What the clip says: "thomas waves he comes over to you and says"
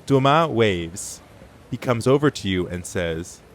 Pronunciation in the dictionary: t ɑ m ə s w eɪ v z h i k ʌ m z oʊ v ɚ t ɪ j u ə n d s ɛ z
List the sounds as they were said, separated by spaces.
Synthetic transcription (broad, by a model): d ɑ m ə w eɪ v z h i k ʌ m z oʊ v ɚ t ɪ j u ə n s ɛ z